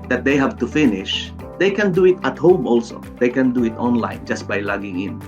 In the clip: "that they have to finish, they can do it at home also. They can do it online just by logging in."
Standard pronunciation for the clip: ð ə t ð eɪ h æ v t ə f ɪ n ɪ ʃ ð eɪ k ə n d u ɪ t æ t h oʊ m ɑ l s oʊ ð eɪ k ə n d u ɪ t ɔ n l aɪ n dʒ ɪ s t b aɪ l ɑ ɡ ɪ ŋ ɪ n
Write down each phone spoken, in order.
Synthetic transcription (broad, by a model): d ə t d eɪ h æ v t ə f ɪ n ɪ ʃ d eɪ k ə n d u ɪ t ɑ t h oʊ m ɑ l s oʊ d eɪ k ə n d u ɪ t ɔ n l aɪ n dʒ ɪ s t b aɪ l ɑ ɡ ɪ ŋ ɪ n